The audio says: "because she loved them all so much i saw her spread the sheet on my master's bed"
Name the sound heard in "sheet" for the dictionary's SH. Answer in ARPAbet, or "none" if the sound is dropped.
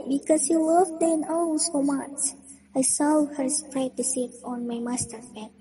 S